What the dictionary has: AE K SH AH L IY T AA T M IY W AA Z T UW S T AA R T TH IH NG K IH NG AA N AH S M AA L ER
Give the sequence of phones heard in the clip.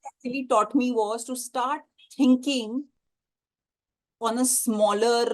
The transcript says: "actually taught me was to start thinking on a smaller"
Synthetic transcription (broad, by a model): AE K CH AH L IY T AA T M IY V AA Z T UW S T AA R T T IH NG K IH NG AA N AH S M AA L ER